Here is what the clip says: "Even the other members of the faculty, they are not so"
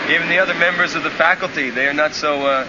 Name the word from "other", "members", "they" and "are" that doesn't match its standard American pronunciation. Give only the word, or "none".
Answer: none